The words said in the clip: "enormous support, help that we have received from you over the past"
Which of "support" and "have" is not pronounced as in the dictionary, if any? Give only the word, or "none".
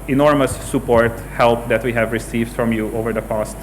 none